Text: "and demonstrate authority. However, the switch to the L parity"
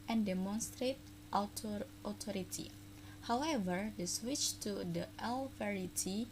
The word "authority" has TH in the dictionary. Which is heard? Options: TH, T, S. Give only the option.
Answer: T